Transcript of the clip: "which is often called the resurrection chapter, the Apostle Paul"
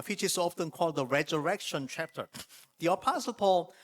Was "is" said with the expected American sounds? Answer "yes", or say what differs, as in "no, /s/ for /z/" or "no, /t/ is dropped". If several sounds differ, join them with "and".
no, /s/ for /z/